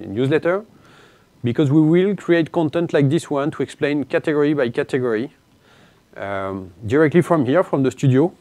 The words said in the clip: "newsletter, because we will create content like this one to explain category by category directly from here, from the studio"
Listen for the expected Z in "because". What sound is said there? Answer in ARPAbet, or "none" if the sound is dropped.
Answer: Z